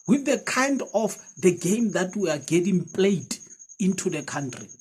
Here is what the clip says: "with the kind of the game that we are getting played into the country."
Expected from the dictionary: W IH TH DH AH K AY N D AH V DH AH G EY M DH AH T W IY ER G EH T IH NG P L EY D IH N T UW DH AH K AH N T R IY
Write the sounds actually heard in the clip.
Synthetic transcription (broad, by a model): W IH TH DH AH K AY N D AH F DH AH G EY M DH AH T W IY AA G EH T IH NG P L EY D IH N T UW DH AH K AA N T R IY